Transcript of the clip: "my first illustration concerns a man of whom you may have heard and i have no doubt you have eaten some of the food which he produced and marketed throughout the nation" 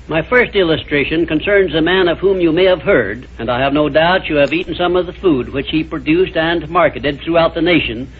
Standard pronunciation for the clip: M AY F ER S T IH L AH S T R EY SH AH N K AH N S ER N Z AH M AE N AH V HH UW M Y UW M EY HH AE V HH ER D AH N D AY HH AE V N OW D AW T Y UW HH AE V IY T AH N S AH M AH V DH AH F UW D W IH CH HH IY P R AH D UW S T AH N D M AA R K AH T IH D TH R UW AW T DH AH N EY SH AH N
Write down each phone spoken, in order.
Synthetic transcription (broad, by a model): M AY F ER S T IH L AH S T R EY SH AH N K AH N S ER N Z AH M AE N AH V HH UW M Y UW M EY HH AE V HH ER D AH N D AY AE V N OW D AW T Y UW V IY T N S AH M AH V DH AH F UW D W IH CH HH IY P R AH D UW S T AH N M AA R K AH T IH D TH R UW AW T DH AH N EY SH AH N